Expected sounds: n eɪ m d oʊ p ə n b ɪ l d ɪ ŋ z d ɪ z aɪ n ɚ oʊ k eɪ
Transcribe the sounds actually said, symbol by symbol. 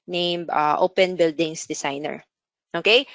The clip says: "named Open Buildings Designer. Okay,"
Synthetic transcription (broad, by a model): n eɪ m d oʊ p ə n b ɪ l d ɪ ŋ s d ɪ s aɪ n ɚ oʊ k eɪ